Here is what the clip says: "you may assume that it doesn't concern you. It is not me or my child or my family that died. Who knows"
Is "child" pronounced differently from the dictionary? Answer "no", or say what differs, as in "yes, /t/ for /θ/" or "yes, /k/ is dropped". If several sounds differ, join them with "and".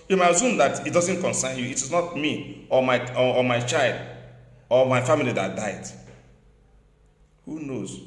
no